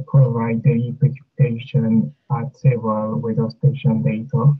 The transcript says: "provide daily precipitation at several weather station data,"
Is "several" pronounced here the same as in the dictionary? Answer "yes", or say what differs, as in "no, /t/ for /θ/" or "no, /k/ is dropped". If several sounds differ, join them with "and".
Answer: no, /ɹ/ is dropped